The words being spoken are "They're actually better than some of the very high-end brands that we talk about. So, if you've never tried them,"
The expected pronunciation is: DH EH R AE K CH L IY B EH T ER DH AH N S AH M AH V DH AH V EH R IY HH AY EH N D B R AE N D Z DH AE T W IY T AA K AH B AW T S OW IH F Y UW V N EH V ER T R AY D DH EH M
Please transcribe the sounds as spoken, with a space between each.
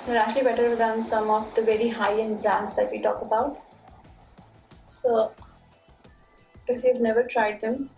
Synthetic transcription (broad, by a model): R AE CH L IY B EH T ER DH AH N S AH M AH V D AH V EH R IY HH AY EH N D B R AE N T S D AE T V IY T AA K AH B AW T S OW IH F Y UW V N EH V ER T R AY D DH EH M